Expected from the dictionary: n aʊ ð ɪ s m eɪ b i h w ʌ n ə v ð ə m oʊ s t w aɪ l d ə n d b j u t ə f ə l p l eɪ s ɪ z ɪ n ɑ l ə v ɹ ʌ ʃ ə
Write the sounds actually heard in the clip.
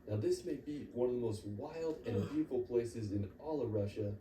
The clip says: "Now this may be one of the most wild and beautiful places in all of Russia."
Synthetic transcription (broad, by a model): n aʊ ð ɪ s m eɪ b i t w ʌ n ə v ð ə m oʊ s t w aɪ l d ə n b j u t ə f l p l eɪ s ɪ z ɪ n ɑ l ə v ɹ ʌ ʃ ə